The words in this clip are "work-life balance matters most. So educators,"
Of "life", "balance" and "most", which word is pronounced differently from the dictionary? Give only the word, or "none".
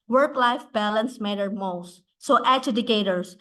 none